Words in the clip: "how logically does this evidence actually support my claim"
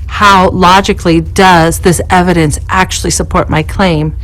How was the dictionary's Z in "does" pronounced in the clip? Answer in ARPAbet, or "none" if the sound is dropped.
Z